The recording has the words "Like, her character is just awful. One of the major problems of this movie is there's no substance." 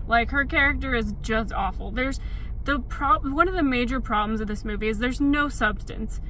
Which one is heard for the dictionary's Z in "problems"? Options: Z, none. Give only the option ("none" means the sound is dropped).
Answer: Z